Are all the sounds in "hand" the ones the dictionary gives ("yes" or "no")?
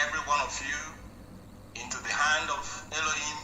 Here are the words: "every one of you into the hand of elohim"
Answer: yes